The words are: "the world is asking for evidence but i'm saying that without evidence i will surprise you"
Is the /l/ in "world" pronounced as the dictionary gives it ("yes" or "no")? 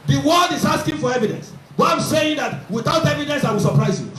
no